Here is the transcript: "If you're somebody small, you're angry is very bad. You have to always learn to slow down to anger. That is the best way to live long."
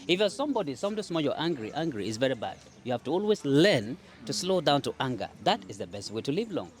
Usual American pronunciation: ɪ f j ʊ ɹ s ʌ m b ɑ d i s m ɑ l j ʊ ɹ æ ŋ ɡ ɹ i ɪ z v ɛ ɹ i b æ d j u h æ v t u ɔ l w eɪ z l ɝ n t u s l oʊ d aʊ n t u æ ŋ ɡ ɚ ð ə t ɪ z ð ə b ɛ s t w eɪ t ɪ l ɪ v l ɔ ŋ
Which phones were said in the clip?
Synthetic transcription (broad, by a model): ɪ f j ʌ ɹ s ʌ m b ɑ d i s m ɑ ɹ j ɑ ɹ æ ŋ ɡ ɹ i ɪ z v ɛ ɹ i b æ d j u h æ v t u ɔ l w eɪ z l ɝ n t u s l oʊ d aʊ n t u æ ŋ ɡ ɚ ð ə t ɪ z ð ə b ɛ s t w eɪ t ɪ l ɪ v l ɔ ŋ